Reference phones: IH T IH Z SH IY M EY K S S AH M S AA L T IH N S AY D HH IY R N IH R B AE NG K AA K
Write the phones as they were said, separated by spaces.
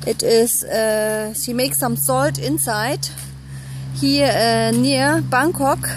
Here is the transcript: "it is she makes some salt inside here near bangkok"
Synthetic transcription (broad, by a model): IH T IH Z SH IY M EY K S S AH M S AA L T IH N S AY D HH IY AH N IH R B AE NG K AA K